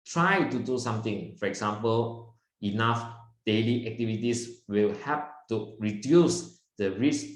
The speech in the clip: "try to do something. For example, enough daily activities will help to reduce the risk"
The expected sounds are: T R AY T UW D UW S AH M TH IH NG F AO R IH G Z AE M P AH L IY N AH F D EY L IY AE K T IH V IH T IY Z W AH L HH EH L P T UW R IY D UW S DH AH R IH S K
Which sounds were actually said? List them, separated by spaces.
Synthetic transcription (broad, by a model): T R AY T UW D UW S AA M T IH NG F AO R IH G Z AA M P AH L IY N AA F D EY L IY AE K T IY V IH T IY S W AH L HH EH P T UW R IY D UW S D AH R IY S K